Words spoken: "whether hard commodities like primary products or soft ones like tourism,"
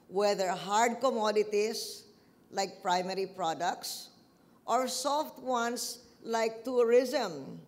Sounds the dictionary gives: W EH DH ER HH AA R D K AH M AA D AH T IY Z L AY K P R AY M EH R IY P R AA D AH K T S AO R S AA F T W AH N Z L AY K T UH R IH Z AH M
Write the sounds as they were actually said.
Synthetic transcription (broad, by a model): W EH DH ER HH AA R D K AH M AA D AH T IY S L AY K P R AY M EH R IY P R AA D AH K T S AO R S AA F T W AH N S L AY K T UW R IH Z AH M